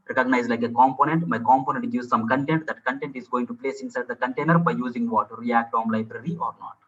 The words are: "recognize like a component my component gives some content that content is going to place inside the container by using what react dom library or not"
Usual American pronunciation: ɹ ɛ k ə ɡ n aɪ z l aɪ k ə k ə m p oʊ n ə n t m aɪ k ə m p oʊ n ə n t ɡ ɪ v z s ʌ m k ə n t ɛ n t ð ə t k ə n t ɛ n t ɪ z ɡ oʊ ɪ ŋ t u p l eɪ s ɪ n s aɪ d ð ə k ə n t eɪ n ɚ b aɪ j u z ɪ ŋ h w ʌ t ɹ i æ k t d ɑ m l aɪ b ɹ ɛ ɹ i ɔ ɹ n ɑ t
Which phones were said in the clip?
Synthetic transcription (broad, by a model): ɹ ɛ k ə ɡ n aɪ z l aɪ k ə k ə m p oʊ n ə n t m aɪ k ə m p oʊ n ə n t ɡ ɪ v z s ʌ m k ə n t ɛ n t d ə t k ə n t ɛ n t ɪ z ɡ oʊ ɪ ŋ t u p l eɪ s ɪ n s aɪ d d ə k ə n t eɪ n ɚ b aɪ j u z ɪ ŋ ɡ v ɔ t ɹ i æ k t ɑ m l aɪ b ɹ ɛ ɹ i ɔ ɹ n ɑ t